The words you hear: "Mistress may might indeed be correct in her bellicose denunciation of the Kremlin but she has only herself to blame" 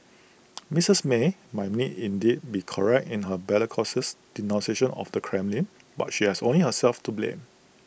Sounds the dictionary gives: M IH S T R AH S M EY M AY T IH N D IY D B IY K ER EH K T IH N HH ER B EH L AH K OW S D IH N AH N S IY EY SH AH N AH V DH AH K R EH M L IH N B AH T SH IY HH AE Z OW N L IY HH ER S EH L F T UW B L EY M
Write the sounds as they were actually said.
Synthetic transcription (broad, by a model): M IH S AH S M EY M AY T IH N D IY D B IY K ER EH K T IH N HH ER B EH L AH K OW S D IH N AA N S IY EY SH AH N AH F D AH K R EH M L IH N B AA T SH IY HH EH S OW N L IY HH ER S EH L F T UW B L EY M